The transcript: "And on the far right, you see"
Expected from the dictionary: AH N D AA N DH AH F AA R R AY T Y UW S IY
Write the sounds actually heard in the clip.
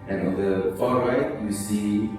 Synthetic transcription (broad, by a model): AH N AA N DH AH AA L R AY T Y UW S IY